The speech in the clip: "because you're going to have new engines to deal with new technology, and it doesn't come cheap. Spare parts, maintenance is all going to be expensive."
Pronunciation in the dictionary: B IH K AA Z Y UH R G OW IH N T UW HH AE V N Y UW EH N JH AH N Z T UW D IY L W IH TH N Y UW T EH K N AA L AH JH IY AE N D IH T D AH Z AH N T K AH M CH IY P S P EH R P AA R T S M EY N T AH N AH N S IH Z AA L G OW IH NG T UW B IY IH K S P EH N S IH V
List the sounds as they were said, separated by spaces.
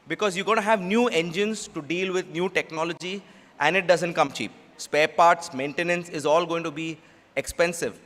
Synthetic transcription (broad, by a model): B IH K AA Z Y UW G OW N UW HH AE V N Y UW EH N JH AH N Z T UW D IY L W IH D N Y UW T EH K N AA L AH JH IY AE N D IH T D AH Z AH N T K AH M CH IY P S P EH R P AA R T S M EY N T AH N AH N S IH Z AA L G OW IH NG T UW B IY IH K S P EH N S IH V